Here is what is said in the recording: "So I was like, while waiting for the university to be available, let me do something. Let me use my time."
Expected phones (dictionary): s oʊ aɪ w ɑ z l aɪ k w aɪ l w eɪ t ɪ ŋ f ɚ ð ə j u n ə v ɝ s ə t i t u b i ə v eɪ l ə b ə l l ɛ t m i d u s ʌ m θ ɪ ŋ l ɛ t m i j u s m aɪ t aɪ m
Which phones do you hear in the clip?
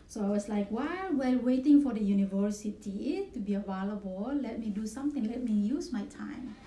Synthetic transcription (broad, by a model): s oʊ aɪ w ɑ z l aɪ k w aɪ w w eɪ t ɪ ŋ f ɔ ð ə j u n ə v ɝ s ə t i t u b i ə v eɪ l ə b ə l l ɛ t m i d u s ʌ m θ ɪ ŋ l ɛ t m i j u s m aɪ t aɪ m